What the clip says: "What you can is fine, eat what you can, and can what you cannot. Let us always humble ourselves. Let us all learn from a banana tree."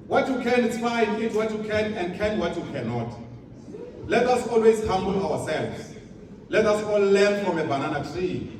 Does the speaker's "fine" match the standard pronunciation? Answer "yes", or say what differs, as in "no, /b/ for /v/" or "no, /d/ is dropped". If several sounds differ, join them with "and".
no, /n/ is dropped